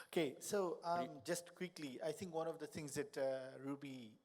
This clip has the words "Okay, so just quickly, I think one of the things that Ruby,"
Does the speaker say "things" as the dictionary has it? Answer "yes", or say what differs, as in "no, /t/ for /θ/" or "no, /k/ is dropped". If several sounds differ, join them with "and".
no, /t/ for /θ/